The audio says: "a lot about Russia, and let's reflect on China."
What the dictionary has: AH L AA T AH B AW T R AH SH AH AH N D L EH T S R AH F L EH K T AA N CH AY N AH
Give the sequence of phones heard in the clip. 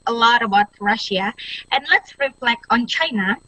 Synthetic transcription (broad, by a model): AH L AA T AH B AW T R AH SH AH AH N L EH T S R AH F L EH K AA N CH AY N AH